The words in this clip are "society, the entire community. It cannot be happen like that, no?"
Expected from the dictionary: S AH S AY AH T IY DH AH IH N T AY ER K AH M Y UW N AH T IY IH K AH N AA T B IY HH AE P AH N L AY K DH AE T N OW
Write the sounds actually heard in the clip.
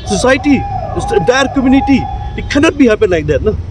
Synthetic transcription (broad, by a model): S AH S AY T IY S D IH T K AH M Y UW N AH T IY IH K AH N AA T B IY HH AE P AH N L AY K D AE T N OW